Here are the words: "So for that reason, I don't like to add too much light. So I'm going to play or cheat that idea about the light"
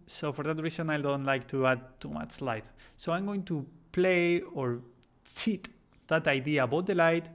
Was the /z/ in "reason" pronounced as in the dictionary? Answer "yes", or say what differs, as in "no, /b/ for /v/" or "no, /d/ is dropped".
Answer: no, /s/ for /z/